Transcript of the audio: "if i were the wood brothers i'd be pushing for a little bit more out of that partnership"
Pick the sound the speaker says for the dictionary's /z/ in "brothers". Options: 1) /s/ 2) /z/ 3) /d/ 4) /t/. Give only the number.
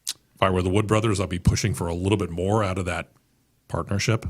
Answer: 2